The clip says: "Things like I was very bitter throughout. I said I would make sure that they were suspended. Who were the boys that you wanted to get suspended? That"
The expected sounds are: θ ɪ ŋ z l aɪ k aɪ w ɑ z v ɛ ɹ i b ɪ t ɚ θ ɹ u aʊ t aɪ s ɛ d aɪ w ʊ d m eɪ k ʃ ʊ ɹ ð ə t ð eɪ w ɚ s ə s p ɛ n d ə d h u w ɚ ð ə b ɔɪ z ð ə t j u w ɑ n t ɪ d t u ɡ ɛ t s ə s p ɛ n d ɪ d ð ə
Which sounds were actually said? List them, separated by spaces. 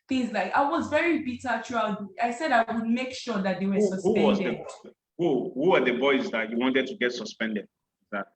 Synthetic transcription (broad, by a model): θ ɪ ŋ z l aɪ k aɪ w ɑ z v ɛ ɹ i b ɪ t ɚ t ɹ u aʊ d aɪ s ɛ d aɪ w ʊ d m eɪ k ʃ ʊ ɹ ð ə t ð eɪ w ɚ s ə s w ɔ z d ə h h u w ɚ ð ə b ɔɪ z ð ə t j u w ɑ n t ɪ d t u ɡ ɛ t s ə s p ɛ n d ɪ d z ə